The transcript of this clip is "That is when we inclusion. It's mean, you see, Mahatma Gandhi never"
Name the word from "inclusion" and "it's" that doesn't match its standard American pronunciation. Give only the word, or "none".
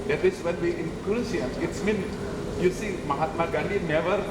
inclusion